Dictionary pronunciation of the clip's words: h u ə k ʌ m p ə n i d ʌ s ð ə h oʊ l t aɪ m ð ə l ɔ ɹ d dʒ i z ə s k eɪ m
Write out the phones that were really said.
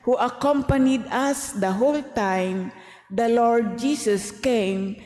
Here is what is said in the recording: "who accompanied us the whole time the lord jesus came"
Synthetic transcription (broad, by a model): h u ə k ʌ m p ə n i d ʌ s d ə h oʊ l t aɪ m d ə l ɔ ɹ d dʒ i s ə s k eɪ m